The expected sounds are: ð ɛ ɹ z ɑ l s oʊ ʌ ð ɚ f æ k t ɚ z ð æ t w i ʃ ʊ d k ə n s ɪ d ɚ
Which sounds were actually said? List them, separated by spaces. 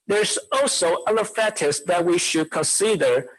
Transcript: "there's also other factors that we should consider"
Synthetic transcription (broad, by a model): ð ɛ ɹ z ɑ l s oʊ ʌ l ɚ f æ t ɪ s ð æ t w i ʃ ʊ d k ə n s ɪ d ɚ